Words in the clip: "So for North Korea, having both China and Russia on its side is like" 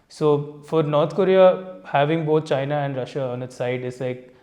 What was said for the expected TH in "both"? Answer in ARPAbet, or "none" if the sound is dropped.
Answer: T